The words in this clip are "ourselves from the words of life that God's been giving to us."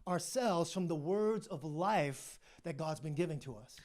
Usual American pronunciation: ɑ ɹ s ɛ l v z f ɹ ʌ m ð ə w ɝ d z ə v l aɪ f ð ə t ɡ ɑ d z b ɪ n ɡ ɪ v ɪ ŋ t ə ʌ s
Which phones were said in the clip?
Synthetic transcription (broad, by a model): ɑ ɹ s ɛ l v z f ɹ ʌ m ð ə w ɝ d z ə v l aɪ f ð ə t ɡ ɑ d z b ɪ n ɡ ɪ v ɪ ŋ t ə ʌ s